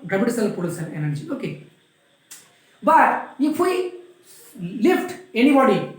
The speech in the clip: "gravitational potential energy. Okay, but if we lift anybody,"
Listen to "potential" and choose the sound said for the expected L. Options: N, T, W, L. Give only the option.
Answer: N